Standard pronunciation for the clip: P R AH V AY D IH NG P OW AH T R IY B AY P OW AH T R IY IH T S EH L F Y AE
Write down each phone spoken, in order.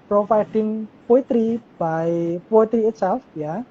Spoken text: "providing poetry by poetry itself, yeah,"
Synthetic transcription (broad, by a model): P R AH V AY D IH NG P OW AH T R IY B AY P OW AH T R IY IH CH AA F Y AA